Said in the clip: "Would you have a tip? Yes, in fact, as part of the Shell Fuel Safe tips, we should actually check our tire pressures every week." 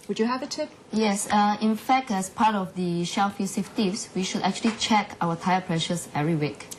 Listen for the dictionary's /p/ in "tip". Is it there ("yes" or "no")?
yes